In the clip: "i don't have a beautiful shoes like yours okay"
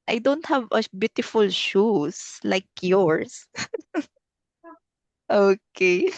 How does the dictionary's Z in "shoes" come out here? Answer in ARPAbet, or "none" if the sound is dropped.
S